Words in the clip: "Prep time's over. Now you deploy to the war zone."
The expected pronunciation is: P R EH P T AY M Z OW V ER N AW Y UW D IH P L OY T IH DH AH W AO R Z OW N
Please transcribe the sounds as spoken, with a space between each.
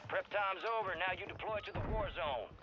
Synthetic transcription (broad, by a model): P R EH P T AY M Z OW V ER N AW Y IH D IH P L OY T IH DH AH W AO R Z OW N